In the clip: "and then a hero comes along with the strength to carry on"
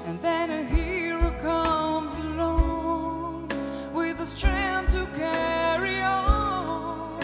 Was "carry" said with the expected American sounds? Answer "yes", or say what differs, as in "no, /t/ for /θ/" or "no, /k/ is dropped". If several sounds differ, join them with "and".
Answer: yes